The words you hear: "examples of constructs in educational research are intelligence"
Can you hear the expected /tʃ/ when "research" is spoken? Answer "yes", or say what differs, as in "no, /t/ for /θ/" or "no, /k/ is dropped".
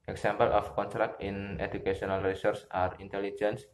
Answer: no, /s/ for /tʃ/